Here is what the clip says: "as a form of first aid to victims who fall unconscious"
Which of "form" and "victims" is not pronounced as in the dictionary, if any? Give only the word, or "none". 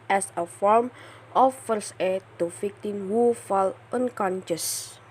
victims